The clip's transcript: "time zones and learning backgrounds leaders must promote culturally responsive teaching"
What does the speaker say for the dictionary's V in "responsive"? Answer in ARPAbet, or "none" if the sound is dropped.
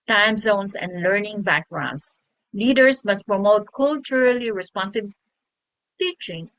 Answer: B